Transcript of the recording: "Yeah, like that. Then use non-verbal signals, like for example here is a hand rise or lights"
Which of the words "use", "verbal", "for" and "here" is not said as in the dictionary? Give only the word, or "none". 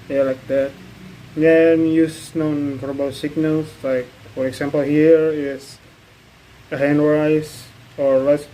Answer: verbal